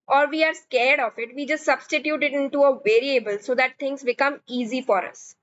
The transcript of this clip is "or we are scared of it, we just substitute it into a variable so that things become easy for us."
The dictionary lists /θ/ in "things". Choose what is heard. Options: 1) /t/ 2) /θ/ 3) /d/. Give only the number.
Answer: 1